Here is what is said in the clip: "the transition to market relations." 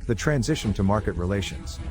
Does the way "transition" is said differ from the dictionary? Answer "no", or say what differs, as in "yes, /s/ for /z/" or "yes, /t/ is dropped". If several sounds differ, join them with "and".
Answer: no